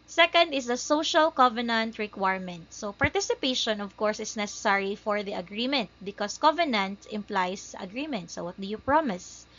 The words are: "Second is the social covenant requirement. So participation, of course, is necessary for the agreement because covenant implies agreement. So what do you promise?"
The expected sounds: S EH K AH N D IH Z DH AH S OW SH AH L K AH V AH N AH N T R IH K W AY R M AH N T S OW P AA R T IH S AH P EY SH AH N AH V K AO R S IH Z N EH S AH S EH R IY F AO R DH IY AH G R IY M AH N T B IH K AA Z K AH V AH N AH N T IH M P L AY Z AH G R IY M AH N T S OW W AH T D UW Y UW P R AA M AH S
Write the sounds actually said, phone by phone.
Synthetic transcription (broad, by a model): S EH K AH N D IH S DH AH S OW SH AH L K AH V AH N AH N T R IH K W AY R M AH N T S OW P AA R T IH S AH P EY SH AH N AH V K AO R S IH S N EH S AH S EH R IY F AO R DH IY AH G R IY M AH N T B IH K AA S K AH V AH N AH N T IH M P L AY S AH G R IY M AH N T S OW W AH T D UW Y UW P R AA M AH S